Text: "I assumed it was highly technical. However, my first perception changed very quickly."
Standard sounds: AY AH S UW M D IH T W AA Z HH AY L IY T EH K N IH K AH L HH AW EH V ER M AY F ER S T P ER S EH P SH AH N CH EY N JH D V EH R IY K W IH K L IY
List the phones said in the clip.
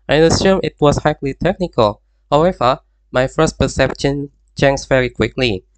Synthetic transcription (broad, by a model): AY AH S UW M IH T W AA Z HH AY L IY T EH K N IH K AH L HH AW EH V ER M AY F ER S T P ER S EH P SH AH N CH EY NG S V EH R IY K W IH K L IY